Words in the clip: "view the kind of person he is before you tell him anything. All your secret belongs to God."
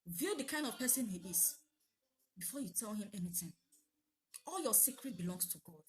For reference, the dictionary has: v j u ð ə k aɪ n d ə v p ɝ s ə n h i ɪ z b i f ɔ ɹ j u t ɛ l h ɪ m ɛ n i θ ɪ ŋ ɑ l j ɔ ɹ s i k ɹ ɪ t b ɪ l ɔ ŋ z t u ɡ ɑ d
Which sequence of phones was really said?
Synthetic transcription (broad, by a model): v j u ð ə k aɪ n d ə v p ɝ s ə n h i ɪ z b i f ɔ j u t ɛ l h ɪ m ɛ n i t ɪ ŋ ɑ l j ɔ s i k ɹ ɪ t b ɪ l ɔ ŋ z t u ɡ ɑ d